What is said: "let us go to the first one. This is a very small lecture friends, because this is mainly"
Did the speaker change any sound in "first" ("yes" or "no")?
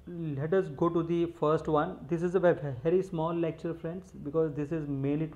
no